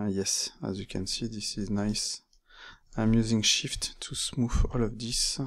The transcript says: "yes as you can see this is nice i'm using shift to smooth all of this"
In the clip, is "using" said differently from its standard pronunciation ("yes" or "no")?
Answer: no